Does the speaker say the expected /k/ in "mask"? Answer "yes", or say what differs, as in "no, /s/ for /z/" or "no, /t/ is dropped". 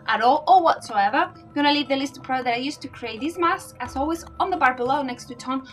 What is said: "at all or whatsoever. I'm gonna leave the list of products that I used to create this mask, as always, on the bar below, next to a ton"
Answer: no, /k/ is dropped